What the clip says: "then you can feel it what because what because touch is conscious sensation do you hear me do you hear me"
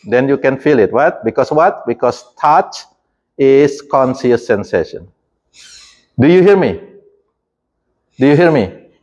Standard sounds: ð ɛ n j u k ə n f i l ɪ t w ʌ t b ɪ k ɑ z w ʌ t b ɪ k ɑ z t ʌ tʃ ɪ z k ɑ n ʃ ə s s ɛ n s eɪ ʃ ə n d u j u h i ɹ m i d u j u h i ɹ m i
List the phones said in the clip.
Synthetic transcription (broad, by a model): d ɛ n j u k ə n f i l ɪ t w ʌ t b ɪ k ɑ s w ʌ t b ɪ k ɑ s t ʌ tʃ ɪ s k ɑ n s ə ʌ s ɛ n s eɪ ʃ ə n d u j u h i ɹ m i d u j u h i ɹ m i